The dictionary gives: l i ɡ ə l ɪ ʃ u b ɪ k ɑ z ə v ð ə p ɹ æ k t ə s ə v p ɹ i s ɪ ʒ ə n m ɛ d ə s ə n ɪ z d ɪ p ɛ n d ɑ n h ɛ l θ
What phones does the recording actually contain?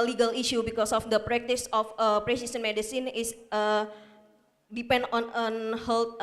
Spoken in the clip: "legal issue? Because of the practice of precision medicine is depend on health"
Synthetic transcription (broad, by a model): l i ɡ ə l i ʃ u b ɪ k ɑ s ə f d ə p ɹ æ k t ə s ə f p ɹ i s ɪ s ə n m ɛ d ə s ə n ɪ s d ɪ p ɛ n d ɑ n h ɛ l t